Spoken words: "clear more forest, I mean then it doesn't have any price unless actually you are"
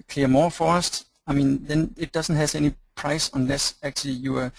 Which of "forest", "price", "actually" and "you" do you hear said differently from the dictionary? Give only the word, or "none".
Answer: none